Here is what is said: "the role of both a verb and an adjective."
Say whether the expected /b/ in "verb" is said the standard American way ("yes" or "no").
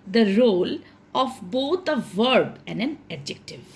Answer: yes